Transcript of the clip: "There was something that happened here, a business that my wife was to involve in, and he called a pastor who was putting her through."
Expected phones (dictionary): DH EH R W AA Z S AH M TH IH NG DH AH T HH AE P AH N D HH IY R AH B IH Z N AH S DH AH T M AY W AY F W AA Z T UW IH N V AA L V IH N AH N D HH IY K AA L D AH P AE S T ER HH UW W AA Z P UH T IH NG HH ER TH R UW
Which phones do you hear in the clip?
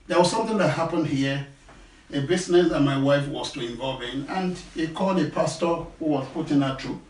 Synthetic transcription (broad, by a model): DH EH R W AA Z S AH M TH IH NG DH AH T HH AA P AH N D HH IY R AH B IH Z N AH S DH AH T M AY W AY F W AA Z T UW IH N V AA L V IH N AH N D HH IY K AA L D AH P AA S T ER HH UW W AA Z P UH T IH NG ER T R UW